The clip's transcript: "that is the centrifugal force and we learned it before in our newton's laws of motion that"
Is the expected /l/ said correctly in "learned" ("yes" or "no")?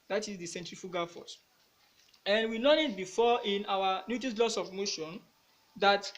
no